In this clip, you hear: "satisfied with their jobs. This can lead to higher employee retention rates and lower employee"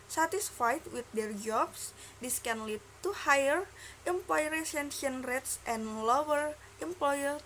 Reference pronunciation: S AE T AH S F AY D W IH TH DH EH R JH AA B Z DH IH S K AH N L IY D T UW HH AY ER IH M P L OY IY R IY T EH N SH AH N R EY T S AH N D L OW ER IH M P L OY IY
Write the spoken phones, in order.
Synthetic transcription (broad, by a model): S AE T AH S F AY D W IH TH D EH R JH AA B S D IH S K AH N L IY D T UW HH AY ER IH M P L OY R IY S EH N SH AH N R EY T S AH N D L OW ER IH M P L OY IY